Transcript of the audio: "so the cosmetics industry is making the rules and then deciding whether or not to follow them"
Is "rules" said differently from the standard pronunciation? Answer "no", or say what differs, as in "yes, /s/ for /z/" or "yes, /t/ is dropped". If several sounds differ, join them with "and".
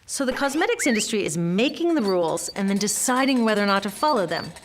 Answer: no